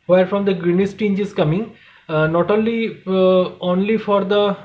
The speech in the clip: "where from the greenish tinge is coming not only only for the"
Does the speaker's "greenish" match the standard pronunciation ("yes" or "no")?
no